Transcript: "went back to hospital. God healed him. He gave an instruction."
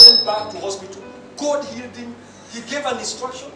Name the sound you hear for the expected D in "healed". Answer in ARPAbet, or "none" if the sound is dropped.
D